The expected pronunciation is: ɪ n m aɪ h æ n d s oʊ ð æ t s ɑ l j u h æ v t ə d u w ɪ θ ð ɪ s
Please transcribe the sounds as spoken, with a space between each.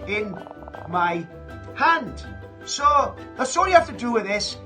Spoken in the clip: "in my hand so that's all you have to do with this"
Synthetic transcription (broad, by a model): ɪ n m aɪ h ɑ n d s oʊ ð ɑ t s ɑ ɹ j u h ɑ f t ə d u w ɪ ð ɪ s